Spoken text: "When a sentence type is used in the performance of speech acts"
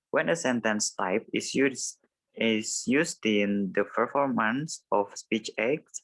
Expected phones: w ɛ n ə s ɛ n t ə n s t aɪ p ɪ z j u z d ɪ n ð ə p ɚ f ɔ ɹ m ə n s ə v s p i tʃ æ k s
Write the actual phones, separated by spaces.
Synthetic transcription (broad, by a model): w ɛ n ə s ɛ n t ə n s t aɪ p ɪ s j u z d ɪ n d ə p ɚ f ɔ ɹ m ə n s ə f s p i tʃ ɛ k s